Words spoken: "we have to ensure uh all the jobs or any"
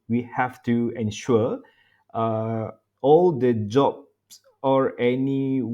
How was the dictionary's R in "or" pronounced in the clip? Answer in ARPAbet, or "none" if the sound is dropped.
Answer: R